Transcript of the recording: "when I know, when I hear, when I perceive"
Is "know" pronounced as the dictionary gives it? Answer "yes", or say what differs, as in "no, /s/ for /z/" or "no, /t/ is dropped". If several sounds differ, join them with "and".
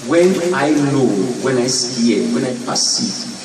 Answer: no, /l/ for /n/